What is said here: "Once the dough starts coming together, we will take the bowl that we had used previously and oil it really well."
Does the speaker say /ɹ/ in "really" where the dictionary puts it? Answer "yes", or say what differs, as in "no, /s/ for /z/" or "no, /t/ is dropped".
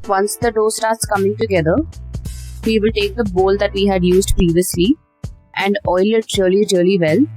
no, /l/ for /ɹ/